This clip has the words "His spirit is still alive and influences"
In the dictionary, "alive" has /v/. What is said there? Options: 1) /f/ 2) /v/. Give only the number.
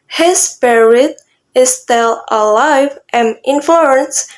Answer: 2